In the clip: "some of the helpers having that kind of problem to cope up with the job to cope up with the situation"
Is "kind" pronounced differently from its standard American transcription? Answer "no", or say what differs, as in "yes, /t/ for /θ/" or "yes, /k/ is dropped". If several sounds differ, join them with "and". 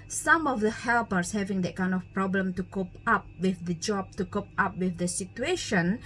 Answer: no